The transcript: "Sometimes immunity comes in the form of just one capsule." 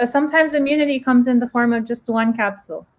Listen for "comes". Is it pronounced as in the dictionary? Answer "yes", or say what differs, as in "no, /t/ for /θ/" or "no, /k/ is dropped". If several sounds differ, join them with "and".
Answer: yes